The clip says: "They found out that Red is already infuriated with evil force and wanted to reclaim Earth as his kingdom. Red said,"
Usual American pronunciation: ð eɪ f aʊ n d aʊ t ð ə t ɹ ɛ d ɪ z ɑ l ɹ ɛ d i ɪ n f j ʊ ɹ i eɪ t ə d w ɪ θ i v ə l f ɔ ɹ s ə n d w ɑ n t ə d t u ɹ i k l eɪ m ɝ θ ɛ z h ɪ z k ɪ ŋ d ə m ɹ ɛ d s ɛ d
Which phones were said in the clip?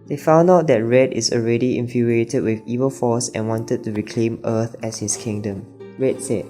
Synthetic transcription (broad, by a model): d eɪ f aʊ n d aʊ t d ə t ɹ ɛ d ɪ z ɑ l ɹ ɛ d i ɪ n f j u ɹ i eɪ t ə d w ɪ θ i v ə l f ɔ s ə n w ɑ n t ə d t u ɹ i k l eɪ m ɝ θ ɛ s h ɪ s k ɪ ŋ d ə m ɹ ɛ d s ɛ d